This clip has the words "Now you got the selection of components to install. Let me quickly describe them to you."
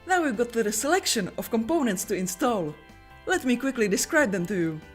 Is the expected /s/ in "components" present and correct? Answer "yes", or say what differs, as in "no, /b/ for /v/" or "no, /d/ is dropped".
yes